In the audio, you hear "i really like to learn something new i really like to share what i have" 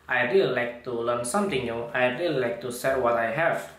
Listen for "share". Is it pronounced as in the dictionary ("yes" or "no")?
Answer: no